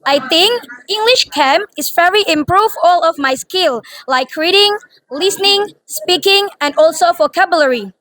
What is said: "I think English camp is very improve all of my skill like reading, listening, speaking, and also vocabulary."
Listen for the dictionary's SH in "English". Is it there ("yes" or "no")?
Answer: yes